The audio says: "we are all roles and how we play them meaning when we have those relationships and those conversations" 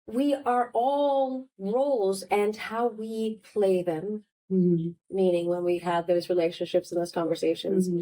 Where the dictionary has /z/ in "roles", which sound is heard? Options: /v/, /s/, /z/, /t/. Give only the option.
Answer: /z/